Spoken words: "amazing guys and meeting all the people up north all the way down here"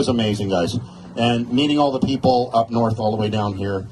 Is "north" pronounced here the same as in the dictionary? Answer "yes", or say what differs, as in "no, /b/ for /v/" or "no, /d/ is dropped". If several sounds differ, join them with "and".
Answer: yes